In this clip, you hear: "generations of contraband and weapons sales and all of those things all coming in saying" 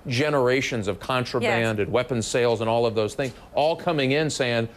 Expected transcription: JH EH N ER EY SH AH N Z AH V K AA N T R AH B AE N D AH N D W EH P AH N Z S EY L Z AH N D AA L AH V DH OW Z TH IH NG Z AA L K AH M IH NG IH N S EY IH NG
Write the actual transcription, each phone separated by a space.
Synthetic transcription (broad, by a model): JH EH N ER EY SH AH N Z AH V K AA N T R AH B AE N D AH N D W EH P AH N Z S EY L Z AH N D AA L AH V DH OW Z TH IH NG Z AA L K AH M IH NG IH N S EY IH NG